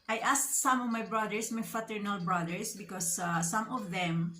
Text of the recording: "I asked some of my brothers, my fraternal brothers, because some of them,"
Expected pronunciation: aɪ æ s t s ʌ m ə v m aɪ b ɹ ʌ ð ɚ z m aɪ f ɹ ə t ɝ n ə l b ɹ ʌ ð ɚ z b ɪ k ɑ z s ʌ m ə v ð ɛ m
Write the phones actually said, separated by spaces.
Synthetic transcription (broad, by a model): aɪ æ s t s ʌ m ə v m aɪ b ɹ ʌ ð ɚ s m aɪ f ə t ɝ n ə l b ɹ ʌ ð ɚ s b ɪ k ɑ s s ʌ m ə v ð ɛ m